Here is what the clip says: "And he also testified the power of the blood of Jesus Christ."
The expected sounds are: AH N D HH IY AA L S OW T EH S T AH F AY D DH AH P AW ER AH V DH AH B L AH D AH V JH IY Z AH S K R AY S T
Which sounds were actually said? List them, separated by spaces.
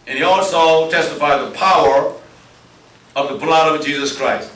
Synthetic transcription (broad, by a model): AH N IY AA L S OW T EH S T AH F AY D DH AH P AW ER AH V DH AH B L AH D AH V JH IY Z AH S K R AY S T